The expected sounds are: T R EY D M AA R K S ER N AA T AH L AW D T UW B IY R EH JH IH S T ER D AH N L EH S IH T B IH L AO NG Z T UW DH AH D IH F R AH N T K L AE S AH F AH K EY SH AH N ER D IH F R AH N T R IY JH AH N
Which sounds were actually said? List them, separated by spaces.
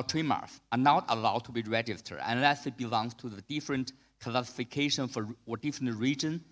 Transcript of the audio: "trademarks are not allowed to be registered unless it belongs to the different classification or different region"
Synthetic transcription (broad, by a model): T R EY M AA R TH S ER N AA T AH L AW D T UW B IY R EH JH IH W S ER AH N L EH S IH T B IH L AO NG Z T UW DH AH D IH F R AH N T K L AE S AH F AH K EY SH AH N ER D IH F R AH N T R IY JH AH N